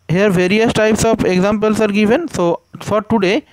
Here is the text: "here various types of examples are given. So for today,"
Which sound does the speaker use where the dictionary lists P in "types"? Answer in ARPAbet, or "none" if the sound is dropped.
P